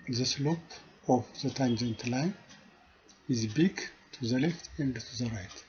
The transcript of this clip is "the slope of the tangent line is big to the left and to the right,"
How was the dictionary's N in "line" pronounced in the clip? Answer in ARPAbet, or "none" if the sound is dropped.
none